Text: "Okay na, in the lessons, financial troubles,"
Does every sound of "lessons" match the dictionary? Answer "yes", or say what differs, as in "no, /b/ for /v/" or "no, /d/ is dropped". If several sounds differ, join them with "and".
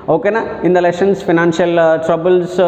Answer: no, /ʃ/ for /s/ and /s/ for /z/